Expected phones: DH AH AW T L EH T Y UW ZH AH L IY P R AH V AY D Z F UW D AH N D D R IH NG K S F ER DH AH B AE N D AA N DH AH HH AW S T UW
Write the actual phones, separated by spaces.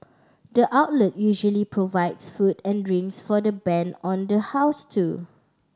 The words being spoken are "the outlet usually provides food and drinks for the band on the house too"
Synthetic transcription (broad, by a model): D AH AW T L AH T Y UW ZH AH L IY P R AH V AY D S F UW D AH N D D R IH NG S F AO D AH B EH N AA N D AH HH AW S T UW